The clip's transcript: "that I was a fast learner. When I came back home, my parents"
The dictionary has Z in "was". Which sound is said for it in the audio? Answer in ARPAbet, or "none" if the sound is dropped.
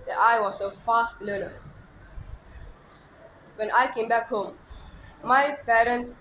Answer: S